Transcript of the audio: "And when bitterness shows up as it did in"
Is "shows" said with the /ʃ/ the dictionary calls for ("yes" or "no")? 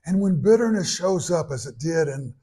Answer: yes